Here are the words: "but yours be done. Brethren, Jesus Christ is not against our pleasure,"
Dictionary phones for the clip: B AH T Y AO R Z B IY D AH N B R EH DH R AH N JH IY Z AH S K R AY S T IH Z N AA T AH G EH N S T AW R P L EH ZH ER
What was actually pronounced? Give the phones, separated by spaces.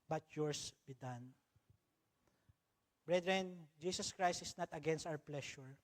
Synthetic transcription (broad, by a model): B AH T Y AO R S B IY D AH N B R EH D R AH N JH IY S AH S K R AY S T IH S N AA T AH G EH N S T AW R P L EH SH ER